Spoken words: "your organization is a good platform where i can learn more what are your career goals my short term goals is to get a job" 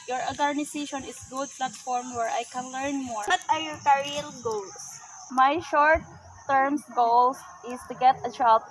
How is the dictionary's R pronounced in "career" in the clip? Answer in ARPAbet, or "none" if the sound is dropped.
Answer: L